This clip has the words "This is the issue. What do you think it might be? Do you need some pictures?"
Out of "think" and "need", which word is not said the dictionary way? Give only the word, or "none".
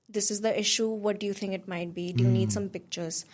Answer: think